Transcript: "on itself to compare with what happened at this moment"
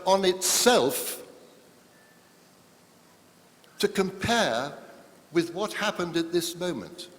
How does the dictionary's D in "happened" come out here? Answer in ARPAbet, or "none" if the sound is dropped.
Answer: D